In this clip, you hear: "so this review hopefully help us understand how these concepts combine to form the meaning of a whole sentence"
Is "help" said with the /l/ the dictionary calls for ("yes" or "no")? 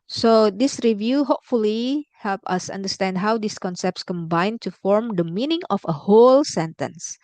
yes